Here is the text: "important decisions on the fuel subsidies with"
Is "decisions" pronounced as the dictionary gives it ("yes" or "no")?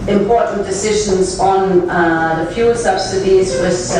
yes